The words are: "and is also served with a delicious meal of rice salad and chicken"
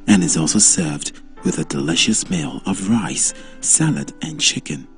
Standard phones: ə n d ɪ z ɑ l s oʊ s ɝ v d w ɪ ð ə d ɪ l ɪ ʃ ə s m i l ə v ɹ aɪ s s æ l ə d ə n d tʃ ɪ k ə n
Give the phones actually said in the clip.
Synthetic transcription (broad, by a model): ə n ɪ z ɑ l s oʊ s ɝ v d w ɪ ð ə d ɪ l ɪ ʃ ə s m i l ə v ɹ aɪ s s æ l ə d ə n tʃ ɪ k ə n